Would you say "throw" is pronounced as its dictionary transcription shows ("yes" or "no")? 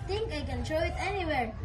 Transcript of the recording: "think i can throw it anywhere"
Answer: no